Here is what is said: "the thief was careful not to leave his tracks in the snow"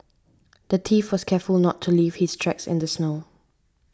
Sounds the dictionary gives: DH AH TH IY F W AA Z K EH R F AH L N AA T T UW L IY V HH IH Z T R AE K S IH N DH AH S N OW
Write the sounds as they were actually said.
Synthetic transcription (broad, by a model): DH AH T IY F W AA S K EH F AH L N AA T T UW L IY V HH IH S T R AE K S IH N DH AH S N OW